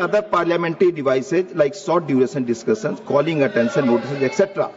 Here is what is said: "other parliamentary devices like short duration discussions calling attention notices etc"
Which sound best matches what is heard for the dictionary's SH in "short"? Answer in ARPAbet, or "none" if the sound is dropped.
S